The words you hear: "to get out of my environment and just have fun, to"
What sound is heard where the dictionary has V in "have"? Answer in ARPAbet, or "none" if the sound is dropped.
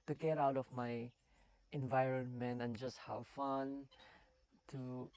W